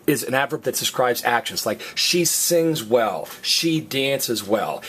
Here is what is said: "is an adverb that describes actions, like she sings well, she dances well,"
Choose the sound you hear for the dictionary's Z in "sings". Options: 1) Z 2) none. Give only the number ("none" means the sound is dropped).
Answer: 1